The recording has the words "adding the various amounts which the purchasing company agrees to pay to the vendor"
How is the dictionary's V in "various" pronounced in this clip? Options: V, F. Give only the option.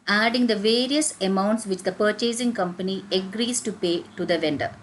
V